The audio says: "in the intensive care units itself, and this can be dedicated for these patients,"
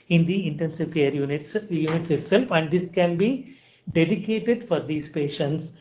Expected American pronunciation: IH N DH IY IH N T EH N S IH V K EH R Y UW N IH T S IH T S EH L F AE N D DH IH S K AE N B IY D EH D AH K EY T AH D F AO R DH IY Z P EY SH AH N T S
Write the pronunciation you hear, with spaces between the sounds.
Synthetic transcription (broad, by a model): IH N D IY IH N T EH N S IH V K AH R Y UW N IH T S IH T S EH L F AE N D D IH S K AE N B IY D EH D AH K EY T AH D F AO R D IY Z P EY SH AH N T S